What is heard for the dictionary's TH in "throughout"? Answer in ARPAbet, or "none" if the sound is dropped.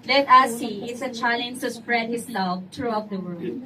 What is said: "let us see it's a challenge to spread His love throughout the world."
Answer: T